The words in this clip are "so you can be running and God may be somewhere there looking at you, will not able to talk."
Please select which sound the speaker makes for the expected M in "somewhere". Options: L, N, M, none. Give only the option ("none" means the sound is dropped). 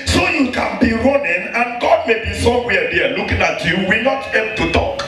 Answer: none